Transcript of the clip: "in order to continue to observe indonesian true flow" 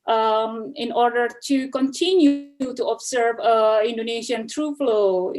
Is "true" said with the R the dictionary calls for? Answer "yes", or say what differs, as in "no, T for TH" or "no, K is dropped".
yes